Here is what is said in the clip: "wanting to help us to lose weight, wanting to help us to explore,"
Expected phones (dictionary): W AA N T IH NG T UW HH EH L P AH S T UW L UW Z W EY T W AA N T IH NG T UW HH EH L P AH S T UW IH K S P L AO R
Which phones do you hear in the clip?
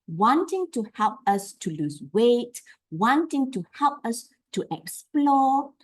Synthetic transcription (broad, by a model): W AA N T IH NG T UW HH EH L P AH S T UW L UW S W EY T W AA N T IH NG T UW HH EH L P AH S T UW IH K S P L AO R